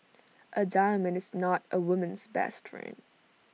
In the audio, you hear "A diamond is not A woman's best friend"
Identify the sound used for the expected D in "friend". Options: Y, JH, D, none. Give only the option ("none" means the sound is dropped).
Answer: none